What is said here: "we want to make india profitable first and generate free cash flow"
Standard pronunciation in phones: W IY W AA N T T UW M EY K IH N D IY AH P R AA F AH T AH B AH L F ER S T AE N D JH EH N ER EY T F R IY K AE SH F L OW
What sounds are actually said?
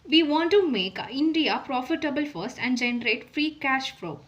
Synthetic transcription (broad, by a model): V IY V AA N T T UW M EY K IH N D IY AH P R AA F AH T AH B AH L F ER S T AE N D JH EH N ER EY T F R IY K AE SH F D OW